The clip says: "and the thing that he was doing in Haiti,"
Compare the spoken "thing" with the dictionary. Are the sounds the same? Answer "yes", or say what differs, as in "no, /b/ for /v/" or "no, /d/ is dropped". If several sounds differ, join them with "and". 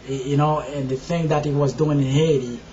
yes